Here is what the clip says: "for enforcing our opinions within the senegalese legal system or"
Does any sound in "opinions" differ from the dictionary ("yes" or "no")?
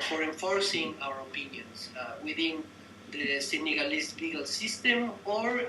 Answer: yes